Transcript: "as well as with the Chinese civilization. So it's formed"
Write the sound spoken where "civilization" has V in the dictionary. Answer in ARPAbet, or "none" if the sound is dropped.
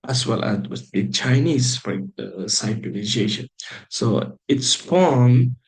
B